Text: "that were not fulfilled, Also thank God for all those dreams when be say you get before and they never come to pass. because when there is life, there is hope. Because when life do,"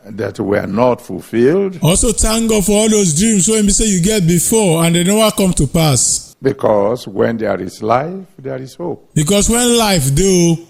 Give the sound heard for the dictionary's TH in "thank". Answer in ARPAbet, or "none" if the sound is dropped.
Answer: T